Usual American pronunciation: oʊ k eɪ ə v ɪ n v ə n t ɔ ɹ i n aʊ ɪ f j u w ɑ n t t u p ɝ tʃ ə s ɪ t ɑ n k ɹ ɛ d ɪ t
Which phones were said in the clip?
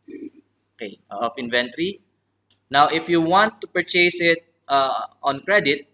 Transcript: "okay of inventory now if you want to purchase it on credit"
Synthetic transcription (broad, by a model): oʊ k eɪ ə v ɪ n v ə n t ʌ ɹ i n aʊ ɪ f j u w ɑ n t t u p ɝ tʃ ə s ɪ t ɑ n k ɹ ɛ d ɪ t